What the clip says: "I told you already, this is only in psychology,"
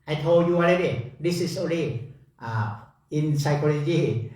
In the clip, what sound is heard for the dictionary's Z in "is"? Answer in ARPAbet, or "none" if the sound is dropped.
S